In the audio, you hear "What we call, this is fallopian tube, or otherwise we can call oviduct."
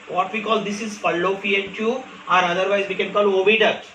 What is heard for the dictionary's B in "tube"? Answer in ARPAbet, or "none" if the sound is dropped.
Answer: none